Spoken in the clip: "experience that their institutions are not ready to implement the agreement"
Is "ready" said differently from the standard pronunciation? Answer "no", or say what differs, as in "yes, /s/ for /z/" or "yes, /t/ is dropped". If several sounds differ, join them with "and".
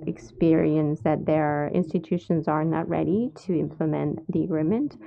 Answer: no